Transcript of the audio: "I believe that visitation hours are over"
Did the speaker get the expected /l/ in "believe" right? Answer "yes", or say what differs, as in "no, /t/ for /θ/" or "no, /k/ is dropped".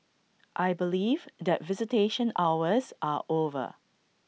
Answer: yes